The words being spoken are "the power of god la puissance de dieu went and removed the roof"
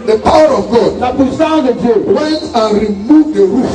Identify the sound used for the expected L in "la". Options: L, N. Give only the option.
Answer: N